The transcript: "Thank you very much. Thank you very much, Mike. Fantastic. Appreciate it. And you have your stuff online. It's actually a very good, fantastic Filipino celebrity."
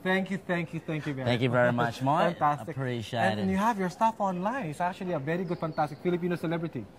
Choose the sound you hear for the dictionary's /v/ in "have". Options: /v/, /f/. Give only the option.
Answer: /v/